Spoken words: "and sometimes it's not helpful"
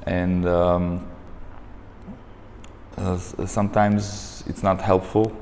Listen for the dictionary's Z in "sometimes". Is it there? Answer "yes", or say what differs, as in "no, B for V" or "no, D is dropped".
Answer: yes